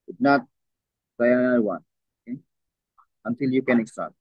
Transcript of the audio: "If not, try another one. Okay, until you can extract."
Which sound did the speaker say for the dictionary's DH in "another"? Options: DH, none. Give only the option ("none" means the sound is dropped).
none